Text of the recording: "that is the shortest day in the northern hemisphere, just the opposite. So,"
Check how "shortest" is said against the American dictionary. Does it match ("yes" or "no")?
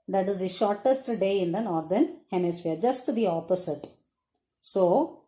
yes